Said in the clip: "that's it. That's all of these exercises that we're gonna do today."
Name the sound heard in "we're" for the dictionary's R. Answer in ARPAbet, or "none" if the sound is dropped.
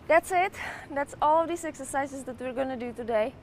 R